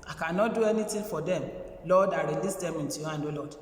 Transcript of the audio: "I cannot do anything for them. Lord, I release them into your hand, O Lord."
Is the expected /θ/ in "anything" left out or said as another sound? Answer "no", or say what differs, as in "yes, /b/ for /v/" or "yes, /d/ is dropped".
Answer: yes, /t/ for /θ/